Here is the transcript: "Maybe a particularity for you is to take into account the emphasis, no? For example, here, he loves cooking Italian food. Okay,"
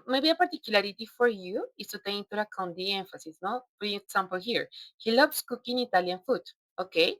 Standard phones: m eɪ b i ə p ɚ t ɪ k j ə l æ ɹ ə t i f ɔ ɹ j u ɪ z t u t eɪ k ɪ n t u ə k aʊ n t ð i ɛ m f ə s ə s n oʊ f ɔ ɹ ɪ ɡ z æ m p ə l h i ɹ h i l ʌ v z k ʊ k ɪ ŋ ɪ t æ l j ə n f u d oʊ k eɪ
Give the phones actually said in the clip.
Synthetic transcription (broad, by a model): m eɪ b i ə p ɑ t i k j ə l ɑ ɹ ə t i f ɔ ɹ j u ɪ s t u t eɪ ɪ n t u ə k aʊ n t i ɛ m f ə s ə s n oʊ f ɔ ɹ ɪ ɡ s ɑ m p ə l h i ɹ h i l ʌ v s k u k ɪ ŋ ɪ t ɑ l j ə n f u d oʊ k eɪ